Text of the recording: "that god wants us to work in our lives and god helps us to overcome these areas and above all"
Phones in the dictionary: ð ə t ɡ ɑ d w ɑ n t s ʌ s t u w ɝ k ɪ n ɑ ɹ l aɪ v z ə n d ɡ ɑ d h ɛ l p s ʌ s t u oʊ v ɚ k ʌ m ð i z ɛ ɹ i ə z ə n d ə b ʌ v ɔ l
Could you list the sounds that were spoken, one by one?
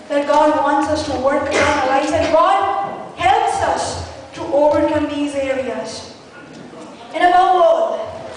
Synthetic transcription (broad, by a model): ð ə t ɡ ɑ d w ɑ n t s ʌ s t u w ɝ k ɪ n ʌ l aɪ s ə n ɡ ɑ d h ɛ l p s ʌ s t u oʊ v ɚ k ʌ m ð i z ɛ ɹ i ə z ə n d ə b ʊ w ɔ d